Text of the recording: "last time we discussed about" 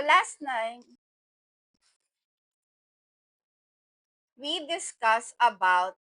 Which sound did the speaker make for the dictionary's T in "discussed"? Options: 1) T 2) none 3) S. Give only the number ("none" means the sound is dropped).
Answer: 2